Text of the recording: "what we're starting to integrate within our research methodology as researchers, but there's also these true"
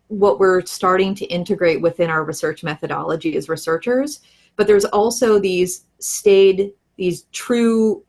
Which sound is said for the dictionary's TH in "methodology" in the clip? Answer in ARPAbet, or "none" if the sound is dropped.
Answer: TH